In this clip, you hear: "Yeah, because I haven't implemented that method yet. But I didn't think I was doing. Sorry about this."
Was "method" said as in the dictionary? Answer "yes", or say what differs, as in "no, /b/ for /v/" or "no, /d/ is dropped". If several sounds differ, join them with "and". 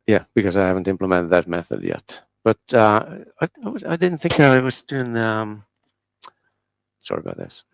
yes